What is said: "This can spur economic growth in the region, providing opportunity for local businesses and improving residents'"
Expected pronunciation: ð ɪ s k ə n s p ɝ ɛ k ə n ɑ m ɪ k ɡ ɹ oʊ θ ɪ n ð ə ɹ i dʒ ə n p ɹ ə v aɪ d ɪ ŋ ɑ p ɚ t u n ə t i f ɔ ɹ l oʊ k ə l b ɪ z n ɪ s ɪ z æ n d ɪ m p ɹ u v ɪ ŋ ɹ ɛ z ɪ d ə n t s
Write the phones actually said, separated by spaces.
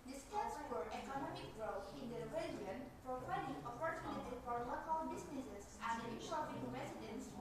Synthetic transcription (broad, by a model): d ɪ s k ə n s f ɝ ɛ k ə n ɑ m ɪ k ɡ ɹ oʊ t ɪ n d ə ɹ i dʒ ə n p ɹ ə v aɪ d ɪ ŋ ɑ p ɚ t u n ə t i f ɔ ɹ l oʊ k ə l b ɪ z n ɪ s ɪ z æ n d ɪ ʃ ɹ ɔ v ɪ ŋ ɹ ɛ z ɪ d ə n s